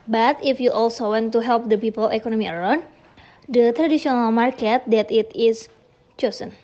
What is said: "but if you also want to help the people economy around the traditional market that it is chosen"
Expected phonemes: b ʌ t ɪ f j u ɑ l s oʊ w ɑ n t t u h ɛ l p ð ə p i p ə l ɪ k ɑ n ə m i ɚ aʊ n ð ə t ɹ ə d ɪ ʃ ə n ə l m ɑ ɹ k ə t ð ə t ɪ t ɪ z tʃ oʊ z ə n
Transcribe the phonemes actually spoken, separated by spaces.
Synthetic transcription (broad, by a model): b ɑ t ɪ f j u ɑ l s oʊ w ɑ n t t u h ɛ l p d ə p i p ə l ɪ k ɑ n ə m i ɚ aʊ n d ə t ɹ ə d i s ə n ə l m ɑ ɹ k ə t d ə t ɪ t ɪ s tʃ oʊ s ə n